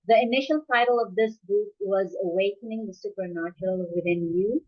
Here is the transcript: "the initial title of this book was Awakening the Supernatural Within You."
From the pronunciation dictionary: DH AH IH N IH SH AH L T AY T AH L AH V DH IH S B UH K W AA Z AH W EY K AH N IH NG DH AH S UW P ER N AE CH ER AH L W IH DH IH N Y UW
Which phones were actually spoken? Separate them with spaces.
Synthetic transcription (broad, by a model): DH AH IH N IH SH AH L T AY T AH L AH V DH IH S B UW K W AA Z AH W EY K AH N IH NG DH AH S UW P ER N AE CH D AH L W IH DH IH N Y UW